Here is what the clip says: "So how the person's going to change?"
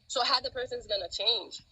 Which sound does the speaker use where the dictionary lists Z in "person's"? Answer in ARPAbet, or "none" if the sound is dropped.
Z